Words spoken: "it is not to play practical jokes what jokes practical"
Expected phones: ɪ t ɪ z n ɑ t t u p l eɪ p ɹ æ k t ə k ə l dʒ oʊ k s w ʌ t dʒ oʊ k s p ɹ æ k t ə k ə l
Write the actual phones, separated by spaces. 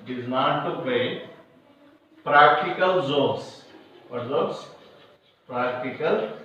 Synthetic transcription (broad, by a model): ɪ t ɪ z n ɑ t t u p eɪ p ɹ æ k t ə k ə l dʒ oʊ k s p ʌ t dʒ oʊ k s p ɹ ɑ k t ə k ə l